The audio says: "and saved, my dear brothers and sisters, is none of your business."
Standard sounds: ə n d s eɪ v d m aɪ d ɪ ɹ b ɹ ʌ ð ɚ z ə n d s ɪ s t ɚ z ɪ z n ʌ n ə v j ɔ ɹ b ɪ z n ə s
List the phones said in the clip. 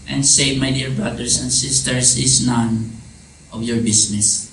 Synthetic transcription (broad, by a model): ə n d s eɪ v m aɪ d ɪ ɹ b ɹ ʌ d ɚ s ə n d s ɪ s t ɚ s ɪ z n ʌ n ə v j ɔ ɹ b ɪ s n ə s